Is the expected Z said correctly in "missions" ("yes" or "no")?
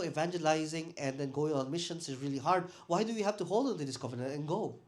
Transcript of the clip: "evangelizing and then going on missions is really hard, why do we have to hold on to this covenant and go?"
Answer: no